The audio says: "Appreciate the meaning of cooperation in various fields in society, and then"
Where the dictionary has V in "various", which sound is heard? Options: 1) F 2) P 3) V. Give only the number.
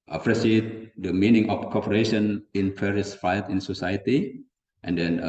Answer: 2